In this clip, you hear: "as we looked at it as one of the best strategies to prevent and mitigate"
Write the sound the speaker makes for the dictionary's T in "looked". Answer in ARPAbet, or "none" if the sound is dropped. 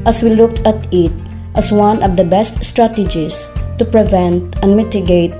T